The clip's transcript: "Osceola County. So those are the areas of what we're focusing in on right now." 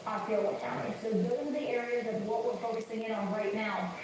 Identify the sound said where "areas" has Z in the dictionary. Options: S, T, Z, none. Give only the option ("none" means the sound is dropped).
Z